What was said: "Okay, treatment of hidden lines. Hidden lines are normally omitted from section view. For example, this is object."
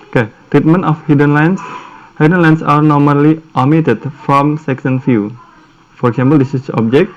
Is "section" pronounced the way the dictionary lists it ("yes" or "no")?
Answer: no